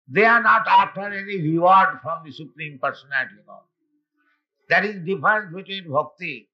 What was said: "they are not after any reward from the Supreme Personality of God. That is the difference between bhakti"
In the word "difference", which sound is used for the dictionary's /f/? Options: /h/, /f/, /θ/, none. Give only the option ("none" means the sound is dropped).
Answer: none